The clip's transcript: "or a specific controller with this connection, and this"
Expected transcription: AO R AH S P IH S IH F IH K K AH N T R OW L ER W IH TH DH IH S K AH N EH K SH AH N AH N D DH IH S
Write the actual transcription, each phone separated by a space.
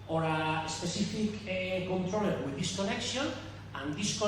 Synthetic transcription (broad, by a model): AO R AH S P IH S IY F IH K K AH N T R OW L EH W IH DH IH S K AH N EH K S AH N AH N D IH S